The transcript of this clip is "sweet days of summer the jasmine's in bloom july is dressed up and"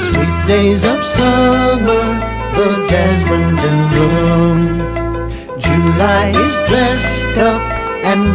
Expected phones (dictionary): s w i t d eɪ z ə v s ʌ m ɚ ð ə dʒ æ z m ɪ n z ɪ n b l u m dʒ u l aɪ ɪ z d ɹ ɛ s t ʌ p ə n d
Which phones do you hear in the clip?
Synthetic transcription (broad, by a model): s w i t d eɪ z ə v s ʌ m ɚ ð ə dʒ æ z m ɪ n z ɪ n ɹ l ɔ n dʒ u l aɪ ɪ z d ɹ ɛ s t ʌ p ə n